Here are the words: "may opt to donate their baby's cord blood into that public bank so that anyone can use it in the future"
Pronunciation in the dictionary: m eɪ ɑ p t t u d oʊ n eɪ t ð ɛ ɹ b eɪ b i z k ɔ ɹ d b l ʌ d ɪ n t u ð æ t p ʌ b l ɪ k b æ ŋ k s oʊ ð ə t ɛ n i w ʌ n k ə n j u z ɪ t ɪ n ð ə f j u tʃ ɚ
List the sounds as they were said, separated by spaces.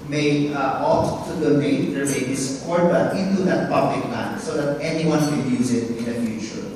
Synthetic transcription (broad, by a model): m eɪ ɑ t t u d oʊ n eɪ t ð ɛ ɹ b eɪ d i s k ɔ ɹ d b ʌ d ɪ n t u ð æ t p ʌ b l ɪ k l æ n s oʊ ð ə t ɛ n i w ʌ n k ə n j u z ɪ t ɪ n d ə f j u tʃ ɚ